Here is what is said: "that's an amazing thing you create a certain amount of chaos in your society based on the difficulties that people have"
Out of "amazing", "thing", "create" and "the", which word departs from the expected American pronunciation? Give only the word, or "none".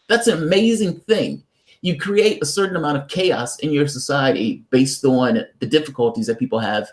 none